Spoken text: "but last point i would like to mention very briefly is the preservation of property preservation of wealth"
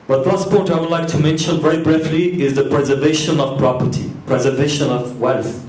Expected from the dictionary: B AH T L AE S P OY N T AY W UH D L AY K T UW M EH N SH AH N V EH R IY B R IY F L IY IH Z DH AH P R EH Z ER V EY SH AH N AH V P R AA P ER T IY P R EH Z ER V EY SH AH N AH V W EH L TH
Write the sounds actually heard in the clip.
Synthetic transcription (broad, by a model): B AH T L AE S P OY T AY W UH D L AY K T UW M EH N SH AH N V EH R IY B R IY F L IY IH Z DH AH P R EH Z ER V EY SH AH N AH V P R AA P ER T IY P R EH Z ER V EY SH AH N AH V W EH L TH